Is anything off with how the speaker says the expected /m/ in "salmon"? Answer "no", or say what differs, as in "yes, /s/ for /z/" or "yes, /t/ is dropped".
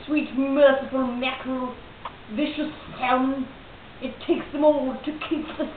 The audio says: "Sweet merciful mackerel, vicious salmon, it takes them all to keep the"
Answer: yes, /m/ is dropped